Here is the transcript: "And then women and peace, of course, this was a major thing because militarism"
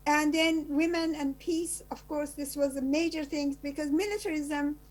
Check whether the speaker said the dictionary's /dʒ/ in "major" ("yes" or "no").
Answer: yes